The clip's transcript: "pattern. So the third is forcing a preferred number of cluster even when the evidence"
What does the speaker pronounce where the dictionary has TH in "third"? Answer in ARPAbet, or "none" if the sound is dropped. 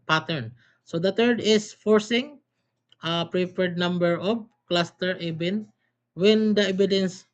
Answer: T